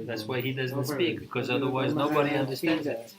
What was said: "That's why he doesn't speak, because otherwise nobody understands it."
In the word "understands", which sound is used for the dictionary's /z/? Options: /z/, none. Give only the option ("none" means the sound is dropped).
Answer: /z/